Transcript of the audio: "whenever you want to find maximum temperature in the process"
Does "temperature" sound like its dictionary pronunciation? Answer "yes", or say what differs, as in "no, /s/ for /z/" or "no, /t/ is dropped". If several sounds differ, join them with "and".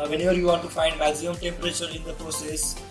yes